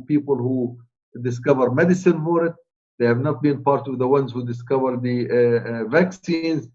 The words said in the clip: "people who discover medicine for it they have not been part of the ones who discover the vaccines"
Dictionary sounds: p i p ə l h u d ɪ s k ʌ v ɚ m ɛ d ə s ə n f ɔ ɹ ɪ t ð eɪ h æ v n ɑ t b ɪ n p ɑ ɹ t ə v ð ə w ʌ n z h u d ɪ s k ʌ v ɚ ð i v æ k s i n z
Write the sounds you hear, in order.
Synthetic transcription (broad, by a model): p i p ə l h u d ɪ s k ʌ v ɚ m ɛ d ə s ə n f ɔ ɹ ɪ t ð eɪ h æ v n ɑ t b ɪ n p ɑ ɹ t ə v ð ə w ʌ n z h u d ɪ s k ʌ v ɚ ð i v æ k s i n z